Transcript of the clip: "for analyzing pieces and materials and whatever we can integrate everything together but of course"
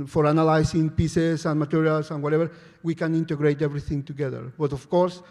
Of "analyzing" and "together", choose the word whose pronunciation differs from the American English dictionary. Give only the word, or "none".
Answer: analyzing